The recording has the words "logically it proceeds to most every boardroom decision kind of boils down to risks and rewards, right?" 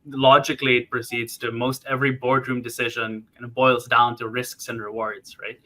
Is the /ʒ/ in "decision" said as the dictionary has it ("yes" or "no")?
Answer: yes